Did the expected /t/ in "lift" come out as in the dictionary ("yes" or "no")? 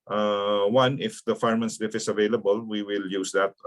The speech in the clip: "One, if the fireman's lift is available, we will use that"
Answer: no